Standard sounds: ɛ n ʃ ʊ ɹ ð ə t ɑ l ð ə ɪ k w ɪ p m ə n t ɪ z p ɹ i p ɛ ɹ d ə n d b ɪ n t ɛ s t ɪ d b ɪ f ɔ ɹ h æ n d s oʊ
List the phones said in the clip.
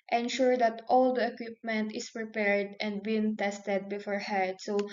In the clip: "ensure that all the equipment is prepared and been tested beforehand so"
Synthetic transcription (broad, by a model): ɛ n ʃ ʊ ɹ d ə t ɑ l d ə ɪ k w ɪ p m ə n t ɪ s p ɹ i p ɛ ɹ d ə n d b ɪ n t ɛ s t ɪ d b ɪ f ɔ ɹ h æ d s oʊ